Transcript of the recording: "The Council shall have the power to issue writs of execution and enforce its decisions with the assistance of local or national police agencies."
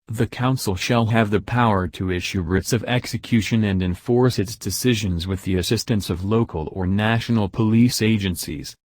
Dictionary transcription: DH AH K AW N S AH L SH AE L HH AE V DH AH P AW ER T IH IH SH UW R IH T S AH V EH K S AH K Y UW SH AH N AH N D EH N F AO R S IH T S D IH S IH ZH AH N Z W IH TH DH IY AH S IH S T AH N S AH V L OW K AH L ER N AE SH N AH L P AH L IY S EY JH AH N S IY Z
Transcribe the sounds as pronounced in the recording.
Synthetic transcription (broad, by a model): DH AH K AW N S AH L SH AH L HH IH V DH AH P AW ER T IH IH SH UW R IH T S AH V EH K S AH K Y UW SH AH N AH N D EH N F AO R S IH T S D IH S IH ZH AH N Z W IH DH IY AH S IH S T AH N S AH V L OW K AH L ER N AE SH N L P AH L IY S EY JH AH N S IY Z